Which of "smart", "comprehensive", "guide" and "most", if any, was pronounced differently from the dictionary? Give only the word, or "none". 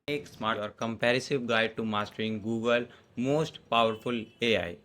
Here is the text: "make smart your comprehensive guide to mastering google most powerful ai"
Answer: comprehensive